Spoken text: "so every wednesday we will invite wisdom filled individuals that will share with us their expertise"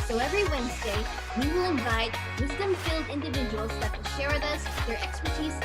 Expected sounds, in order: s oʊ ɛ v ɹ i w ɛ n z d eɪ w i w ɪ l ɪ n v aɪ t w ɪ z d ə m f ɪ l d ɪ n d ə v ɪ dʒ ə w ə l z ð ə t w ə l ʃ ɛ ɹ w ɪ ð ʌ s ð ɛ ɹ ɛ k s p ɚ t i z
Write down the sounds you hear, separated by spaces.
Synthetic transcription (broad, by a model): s oʊ ɛ v ɹ i w ɛ n z d eɪ w i w ɪ l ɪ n v aɪ t w ɪ z d ə m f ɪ l d ɪ n d ə v ɪ dʒ ə w ə l z ð ə t w ə l ʃ ɛ ɹ w ɪ ð ʌ s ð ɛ ɹ ɛ k s p ɚ t i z